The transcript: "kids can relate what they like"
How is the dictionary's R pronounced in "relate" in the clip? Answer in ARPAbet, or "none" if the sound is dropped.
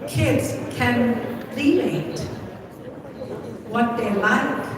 L